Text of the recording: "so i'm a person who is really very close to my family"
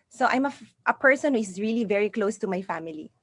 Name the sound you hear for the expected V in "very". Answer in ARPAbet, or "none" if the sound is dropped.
V